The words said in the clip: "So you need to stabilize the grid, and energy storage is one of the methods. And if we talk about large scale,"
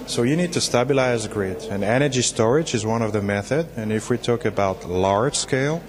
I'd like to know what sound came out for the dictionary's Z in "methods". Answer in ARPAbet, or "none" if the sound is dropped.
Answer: none